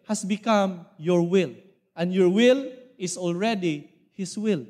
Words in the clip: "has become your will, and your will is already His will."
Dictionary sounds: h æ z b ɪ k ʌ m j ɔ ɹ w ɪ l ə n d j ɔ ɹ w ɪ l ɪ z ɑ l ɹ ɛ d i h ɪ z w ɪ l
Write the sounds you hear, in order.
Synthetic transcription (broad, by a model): h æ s b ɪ k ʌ m j ɔ ɹ w ɪ l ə n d j ɔ ɹ w ɪ l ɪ s ɑ l ɹ ɛ d i h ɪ s w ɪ l